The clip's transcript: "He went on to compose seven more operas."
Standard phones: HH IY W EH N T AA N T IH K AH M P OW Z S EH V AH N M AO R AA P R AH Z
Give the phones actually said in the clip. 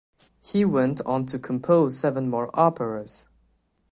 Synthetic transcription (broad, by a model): HH IY W EH N T N T IH K AH M P OW Z S EH V AH N M AO R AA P R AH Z